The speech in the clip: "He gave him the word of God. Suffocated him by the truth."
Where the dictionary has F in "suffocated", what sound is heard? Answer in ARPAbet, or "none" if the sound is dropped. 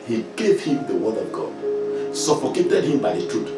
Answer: P